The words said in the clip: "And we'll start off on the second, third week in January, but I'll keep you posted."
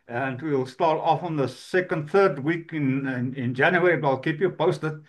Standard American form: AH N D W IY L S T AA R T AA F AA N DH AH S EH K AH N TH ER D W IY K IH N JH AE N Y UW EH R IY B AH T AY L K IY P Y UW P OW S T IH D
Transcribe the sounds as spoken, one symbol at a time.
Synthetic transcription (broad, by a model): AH N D W IY L S T AA R T AA F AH N DH AH S EH K AH N TH ER D W IY K IH N JH AE N Y UW EH R IY B AH T AY L K IY P Y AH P OW S T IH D